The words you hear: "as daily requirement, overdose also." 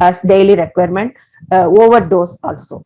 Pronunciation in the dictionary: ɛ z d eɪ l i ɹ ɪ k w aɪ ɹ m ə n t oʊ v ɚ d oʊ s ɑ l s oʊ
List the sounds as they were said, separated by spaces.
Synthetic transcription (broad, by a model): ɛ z d eɪ l i ɹ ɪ k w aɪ ɹ m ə n t oʊ v ɚ d oʊ s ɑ l s oʊ